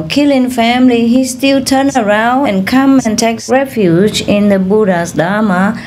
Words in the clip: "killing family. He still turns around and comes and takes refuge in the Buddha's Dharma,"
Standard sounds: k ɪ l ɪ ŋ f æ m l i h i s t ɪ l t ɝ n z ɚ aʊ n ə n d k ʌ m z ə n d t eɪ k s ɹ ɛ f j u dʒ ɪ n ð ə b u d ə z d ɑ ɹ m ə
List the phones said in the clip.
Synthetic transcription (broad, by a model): k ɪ l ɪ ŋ f æ m l i h i s t ɪ l t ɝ n ɚ aʊ n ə n k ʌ m ə n t eɪ k s ɹ ɛ f j u dʒ ɪ n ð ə b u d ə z d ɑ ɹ m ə